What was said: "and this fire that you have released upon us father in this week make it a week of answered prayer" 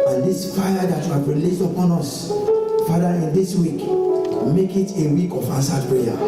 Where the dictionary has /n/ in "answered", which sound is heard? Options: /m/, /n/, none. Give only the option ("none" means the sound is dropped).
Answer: none